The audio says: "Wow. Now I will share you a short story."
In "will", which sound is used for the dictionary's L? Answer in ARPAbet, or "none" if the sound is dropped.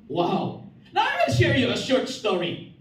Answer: N